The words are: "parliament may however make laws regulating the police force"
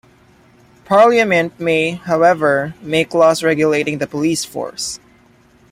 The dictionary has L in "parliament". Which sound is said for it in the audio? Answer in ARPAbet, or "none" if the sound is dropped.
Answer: L